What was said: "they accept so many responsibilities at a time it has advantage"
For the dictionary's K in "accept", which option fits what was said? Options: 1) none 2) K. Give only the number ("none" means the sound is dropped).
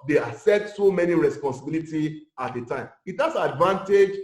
1